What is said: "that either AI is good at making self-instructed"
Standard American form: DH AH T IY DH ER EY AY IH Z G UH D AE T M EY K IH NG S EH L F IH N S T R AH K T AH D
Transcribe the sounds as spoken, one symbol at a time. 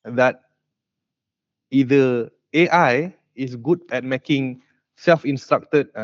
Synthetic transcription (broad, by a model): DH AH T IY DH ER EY AY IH S G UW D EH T M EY K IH NG S EH L F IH N S T R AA K T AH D